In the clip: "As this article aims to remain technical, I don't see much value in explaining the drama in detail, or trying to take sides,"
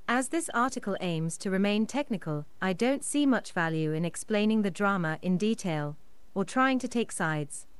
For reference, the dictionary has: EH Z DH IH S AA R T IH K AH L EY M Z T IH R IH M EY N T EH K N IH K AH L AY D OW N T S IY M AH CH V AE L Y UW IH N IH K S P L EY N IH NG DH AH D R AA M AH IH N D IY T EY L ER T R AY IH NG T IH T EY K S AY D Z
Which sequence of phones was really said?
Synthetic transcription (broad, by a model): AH Z DH IH S AA R T IH K AH L EY M Z T IH R IH M EY N T EH K N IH K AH L AY D OW N T S IY M AH CH V AE L Y UW IH N IH K S P L EY N IH NG DH AH D R AA M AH IH N D IY T EY L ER T R AY IH NG T IH T EY K S AY D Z